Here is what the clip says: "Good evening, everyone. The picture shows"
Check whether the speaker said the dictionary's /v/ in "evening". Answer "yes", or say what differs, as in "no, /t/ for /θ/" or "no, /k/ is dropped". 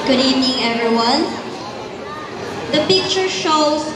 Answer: no, /v/ is dropped